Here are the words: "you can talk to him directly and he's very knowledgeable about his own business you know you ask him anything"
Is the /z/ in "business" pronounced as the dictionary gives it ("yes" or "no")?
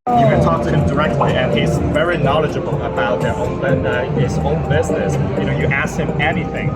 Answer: yes